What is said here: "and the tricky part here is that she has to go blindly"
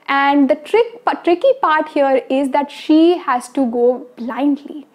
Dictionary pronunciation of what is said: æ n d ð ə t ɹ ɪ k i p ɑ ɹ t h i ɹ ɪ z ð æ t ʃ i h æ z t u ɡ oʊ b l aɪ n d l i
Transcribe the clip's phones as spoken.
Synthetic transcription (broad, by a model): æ n d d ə t ɹ ɪ k i p ɑ ɹ t h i ɹ ɪ z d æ t ʃ i h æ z t u ɡ oʊ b l aɪ n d l i